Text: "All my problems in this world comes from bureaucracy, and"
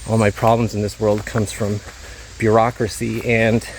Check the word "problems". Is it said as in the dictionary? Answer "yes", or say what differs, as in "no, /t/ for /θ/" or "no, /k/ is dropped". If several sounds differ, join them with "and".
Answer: yes